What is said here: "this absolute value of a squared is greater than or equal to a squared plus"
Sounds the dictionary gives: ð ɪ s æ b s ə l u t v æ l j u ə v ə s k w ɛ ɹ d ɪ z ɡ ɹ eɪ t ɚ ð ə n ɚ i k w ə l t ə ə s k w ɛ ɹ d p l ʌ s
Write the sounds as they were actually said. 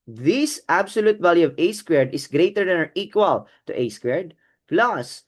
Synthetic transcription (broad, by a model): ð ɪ s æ b s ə l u t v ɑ l j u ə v ə s k w ɛ ɹ d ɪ s ɡ ɹ eɪ t ɚ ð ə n ɚ i k w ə l t ə ə s k w ɛ ɹ d p l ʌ s